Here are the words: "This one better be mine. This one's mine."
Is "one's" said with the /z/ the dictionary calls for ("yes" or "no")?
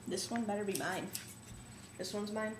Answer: yes